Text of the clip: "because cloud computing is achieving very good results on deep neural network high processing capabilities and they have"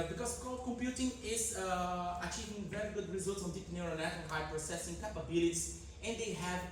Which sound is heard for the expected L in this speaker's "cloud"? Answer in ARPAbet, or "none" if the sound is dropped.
none